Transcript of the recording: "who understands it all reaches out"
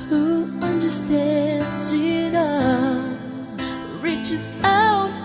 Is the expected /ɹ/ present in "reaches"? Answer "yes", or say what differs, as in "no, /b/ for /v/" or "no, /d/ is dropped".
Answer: yes